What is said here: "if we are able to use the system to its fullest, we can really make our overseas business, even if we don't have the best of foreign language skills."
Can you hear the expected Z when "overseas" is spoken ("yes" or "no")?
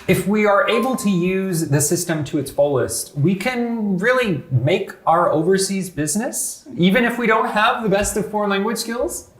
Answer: yes